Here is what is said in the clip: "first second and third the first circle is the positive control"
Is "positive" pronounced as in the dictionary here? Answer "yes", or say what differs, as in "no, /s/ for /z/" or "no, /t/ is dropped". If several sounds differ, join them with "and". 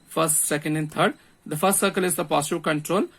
no, /s/ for /z/